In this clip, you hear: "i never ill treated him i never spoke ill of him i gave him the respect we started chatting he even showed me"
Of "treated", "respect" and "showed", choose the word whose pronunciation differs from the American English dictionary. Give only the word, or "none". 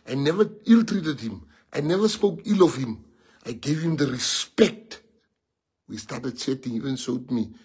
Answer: showed